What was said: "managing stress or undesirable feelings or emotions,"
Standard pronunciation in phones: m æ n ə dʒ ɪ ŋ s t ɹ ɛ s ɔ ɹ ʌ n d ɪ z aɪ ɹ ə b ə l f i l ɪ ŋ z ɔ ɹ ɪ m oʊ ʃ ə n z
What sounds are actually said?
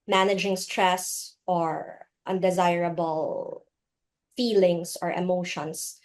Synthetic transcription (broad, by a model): m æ n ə dʒ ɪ ŋ s t ɹ ɛ s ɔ ɹ ʌ n d ɪ z aɪ ɹ ə b ə l f i l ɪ ŋ s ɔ ɹ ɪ m oʊ ʃ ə n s